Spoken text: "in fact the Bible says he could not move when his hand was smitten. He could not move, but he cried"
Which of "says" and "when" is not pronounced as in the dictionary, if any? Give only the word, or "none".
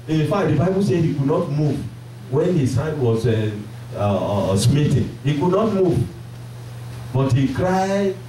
says